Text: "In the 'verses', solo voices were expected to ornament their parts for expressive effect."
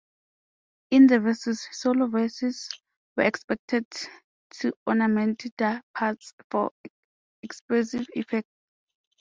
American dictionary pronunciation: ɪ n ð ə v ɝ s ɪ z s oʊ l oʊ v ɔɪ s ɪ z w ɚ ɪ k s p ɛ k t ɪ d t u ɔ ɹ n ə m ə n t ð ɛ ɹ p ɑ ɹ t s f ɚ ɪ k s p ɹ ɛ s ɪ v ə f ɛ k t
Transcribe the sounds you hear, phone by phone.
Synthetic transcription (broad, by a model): ɪ n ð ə v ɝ s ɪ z s oʊ l oʊ v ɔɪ s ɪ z w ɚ ɪ k s p ɛ k t ɪ d t u ɔ n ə m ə n t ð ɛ p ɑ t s f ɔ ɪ k s p l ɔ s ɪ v ə f ɛ k t